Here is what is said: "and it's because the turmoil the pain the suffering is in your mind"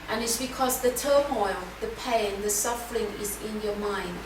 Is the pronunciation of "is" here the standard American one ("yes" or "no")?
yes